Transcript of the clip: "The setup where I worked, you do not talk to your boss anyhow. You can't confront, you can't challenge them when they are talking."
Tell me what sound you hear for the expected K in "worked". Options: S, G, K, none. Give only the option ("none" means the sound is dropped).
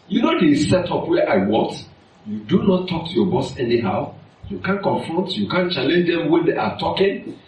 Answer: none